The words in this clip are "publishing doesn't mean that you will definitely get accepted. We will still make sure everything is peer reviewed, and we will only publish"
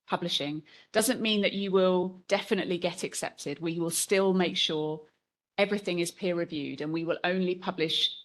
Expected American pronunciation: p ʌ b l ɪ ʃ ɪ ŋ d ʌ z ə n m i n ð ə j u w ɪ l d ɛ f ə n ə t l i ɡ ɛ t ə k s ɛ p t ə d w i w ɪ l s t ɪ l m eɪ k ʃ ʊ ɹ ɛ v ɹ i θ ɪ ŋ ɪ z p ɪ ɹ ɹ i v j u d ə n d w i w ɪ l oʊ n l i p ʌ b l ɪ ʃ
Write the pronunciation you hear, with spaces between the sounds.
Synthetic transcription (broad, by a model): p ʌ b l ɪ ʃ ɪ ŋ d ʌ z ə n m i n ð ə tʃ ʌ w ɪ l d ɛ f ə n ə t l i ɡ ɛ t ə k s ɛ p t ə d w i w ɪ l s t ɪ l m eɪ k ʃ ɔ ɹ ɛ v ɹ i θ ɪ ŋ ɪ z p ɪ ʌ ɹ i v j u d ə n w i w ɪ l oʊ n l i p ʌ b l ɪ ʃ